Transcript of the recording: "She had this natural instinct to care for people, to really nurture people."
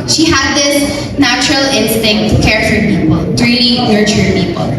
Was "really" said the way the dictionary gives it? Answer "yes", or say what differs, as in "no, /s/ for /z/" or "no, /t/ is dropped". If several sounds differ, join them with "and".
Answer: no, /n/ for /l/